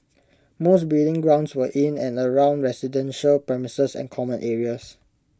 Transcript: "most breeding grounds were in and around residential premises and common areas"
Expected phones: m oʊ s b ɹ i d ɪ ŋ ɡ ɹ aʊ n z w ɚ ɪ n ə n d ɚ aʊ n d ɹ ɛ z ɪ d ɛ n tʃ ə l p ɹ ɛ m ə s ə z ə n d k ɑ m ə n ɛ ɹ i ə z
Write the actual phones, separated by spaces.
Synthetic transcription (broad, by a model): m oʊ s b i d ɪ ŋ ɡ ɹ aʊ n s w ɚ ɪ n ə n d ɚ aʊ n d ɹ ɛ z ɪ d ɛ n ʃ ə l p ɹ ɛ m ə s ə s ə n k ɑ m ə n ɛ ɹ i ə s